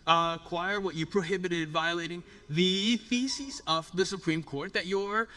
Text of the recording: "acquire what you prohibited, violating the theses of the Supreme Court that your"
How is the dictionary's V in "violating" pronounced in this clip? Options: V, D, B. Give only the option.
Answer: V